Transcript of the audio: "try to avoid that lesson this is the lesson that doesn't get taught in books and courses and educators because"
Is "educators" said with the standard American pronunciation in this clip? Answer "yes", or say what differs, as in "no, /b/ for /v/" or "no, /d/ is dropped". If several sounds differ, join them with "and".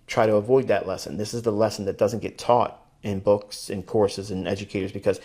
yes